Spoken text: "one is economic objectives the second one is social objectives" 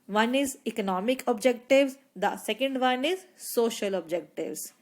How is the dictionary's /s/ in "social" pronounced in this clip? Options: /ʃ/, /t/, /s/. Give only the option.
/s/